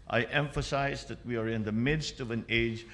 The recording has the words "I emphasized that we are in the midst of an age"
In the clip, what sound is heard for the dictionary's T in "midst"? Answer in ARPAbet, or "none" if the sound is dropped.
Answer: T